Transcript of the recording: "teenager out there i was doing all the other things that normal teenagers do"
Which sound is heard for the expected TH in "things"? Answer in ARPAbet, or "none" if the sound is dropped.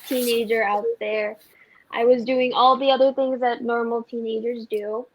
TH